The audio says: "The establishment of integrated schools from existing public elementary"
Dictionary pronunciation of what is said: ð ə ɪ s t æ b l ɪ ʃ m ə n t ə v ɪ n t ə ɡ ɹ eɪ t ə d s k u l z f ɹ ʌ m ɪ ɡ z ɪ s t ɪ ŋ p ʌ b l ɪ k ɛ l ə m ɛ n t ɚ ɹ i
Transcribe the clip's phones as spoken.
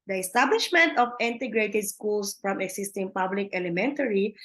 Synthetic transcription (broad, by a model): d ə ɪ s t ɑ b l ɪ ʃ m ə n t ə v ɪ n t ə ɡ ɹ eɪ t ə d s k u l s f ɹ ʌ m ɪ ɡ s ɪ s t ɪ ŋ p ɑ b l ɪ k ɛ l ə m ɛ n t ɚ ɹ i